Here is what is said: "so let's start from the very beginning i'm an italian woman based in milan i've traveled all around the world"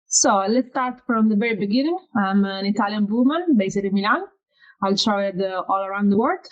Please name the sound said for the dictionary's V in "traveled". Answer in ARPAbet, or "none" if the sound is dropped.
none